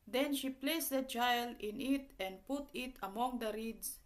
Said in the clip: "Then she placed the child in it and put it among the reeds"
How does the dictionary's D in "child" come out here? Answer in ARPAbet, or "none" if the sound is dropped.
none